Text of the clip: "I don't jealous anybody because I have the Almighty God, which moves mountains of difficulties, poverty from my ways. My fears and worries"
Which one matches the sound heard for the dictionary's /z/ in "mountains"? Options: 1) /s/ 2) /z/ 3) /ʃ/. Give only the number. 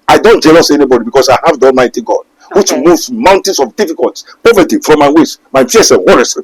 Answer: 1